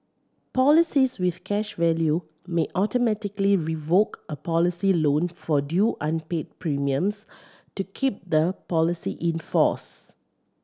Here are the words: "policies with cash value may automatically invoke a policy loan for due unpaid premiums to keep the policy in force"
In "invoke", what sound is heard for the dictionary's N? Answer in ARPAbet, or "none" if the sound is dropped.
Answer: none